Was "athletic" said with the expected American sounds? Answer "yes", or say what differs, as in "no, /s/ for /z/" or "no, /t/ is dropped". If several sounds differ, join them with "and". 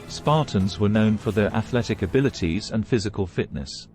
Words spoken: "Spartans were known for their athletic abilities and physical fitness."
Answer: yes